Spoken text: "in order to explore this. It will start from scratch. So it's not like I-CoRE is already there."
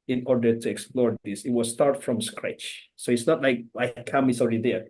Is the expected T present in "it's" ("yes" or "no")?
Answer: yes